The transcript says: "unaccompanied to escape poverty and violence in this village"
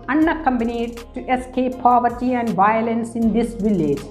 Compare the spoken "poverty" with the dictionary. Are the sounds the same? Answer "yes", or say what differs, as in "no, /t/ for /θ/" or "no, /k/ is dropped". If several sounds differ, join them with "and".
yes